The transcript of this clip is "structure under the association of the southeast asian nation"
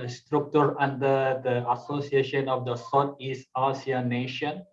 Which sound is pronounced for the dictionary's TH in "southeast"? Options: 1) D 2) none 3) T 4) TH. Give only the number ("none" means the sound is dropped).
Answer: 3